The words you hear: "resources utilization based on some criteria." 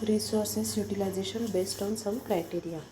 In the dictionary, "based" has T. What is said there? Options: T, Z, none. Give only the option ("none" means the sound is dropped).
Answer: T